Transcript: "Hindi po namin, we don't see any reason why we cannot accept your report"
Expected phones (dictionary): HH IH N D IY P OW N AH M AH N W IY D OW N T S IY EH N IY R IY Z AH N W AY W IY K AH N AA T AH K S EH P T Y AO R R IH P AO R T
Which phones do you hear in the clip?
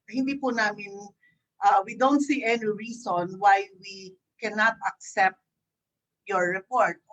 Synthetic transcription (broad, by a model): HH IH N D IY P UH N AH M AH N W IY D OW N T S IY EH N IY R IY S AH N W AY W IY K AH N AA T AH K S EH P T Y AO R R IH P AO R T